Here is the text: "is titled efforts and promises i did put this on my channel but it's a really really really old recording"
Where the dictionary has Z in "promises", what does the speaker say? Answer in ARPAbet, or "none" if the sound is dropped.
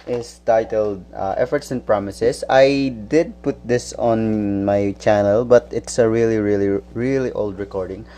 S